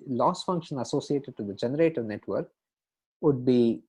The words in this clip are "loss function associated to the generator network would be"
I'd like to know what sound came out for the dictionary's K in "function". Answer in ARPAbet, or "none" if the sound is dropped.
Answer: K